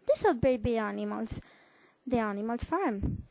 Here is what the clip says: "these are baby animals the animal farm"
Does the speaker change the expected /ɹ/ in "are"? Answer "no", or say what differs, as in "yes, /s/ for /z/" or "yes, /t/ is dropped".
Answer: yes, /l/ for /ɹ/